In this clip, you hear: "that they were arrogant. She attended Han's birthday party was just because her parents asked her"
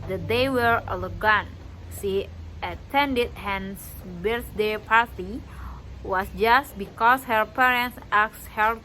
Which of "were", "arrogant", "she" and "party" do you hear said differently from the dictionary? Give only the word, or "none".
arrogant